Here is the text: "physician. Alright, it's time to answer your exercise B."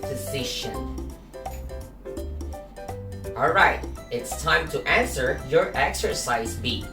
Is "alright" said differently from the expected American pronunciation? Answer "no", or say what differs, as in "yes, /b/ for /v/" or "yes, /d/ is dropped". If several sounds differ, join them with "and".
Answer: no